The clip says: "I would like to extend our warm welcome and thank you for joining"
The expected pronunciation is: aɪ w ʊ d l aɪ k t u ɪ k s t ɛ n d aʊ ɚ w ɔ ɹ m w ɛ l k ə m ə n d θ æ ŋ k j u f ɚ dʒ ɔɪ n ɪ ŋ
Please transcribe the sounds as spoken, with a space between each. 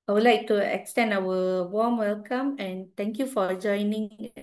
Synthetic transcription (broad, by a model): aɪ w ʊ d l aɪ k t u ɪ k s t ɛ n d aʊ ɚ w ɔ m w ɛ l k ə m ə n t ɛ ŋ k j u f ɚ dʒ ɔɪ n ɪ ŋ